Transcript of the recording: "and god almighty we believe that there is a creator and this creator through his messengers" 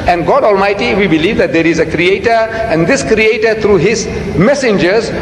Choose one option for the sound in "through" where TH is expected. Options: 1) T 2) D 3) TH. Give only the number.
1